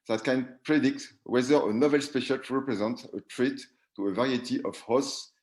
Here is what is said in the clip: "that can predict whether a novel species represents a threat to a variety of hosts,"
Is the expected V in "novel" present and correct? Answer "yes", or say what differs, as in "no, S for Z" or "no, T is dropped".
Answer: yes